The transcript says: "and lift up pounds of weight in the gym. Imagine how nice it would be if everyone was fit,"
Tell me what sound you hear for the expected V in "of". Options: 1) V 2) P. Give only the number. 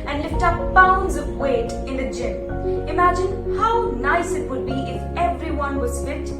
1